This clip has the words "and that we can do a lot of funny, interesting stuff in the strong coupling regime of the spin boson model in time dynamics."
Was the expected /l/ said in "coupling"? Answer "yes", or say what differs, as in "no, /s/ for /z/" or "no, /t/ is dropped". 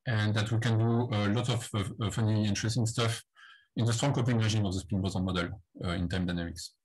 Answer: no, /l/ is dropped